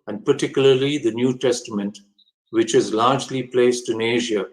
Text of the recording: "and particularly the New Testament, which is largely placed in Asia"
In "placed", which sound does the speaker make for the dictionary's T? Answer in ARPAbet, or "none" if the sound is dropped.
T